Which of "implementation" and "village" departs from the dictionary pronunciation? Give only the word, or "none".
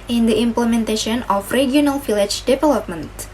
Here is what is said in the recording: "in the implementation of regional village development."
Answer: village